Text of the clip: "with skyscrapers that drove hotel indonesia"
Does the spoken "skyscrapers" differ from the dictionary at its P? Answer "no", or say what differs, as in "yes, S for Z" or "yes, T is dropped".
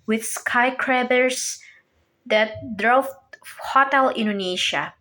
yes, B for P